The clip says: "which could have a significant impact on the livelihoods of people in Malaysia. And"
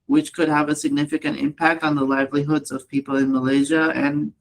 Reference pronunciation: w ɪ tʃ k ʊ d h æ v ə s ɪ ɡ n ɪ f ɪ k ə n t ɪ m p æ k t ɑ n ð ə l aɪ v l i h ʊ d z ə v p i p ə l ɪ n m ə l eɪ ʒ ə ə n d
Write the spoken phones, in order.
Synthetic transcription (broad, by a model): w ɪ tʃ k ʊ d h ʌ v ə s ɪ ɡ n ɪ f ɪ k ə n t ɪ m p æ k t n ð ə l aɪ v l i h ʊ d z ə v p i p l ɪ n m ə l eɪ ʒ ə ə n